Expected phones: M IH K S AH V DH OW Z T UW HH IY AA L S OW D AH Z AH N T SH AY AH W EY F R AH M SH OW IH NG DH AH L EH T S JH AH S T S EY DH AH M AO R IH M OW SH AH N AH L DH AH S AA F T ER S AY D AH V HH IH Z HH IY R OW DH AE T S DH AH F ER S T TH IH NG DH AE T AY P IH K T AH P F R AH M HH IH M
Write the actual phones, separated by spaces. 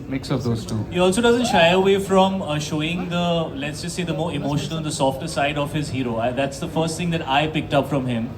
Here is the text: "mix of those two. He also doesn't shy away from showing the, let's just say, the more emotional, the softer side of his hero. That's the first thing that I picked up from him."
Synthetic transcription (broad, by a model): M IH K S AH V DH OW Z T UW HH IY AA L S OW D AH Z AH N T SH AY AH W EY F R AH M SH OW IH NG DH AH L EH T S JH AH S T S EY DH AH M AO R IH M OW SH AH N AH L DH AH S AA F T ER S AY D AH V HH IH Z HH IY R OW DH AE T S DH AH F ER S T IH NG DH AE T AY P IH K T AH P F R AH M HH IH M